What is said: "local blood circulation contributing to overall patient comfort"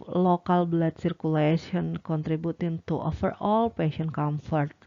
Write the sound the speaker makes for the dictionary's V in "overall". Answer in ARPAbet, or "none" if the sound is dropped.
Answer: F